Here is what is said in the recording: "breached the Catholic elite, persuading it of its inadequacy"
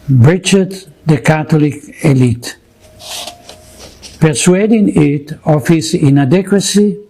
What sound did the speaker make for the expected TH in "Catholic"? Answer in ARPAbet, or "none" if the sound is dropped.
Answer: T